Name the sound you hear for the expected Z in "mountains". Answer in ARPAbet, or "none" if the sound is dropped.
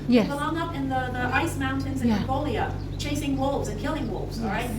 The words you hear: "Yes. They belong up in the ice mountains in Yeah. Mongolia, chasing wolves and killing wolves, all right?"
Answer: Z